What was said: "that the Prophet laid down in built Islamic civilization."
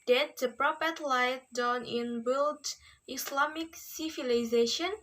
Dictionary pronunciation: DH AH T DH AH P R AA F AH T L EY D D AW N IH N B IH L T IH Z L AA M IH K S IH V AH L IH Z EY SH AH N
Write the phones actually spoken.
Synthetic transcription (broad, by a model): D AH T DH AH P R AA P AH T L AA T D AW N IH N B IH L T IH S L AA M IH K S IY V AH L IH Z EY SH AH N